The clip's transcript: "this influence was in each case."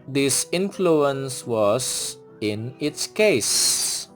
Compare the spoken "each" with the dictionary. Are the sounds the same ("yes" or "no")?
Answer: no